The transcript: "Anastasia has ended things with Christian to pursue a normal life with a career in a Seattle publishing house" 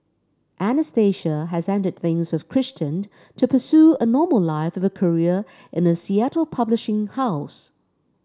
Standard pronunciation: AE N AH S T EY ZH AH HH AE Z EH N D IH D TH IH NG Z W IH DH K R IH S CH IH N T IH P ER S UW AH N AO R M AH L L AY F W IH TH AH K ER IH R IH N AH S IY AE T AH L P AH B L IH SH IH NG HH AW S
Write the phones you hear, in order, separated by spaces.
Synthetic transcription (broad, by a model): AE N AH S T EY SH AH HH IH Z EH N D IH D TH IH NG Z W IH DH K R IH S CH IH N T IH P ER S UW AH N AO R M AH L L AY F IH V AH K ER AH R IH N AH S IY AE T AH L P AH B L IH SH IH NG HH AW S